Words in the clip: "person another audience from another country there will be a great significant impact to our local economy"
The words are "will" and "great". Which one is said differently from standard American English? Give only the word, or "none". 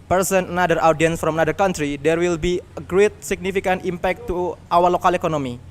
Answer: none